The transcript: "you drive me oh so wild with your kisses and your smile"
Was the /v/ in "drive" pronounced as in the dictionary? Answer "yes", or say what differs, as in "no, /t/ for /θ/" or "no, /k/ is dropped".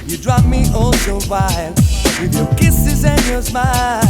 no, /p/ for /v/